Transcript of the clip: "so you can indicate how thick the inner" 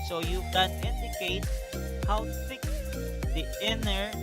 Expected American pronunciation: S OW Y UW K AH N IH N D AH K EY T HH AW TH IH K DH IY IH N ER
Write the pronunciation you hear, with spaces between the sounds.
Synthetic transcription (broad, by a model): S OW Y UW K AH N IH N D AH K EY T HH AW S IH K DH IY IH N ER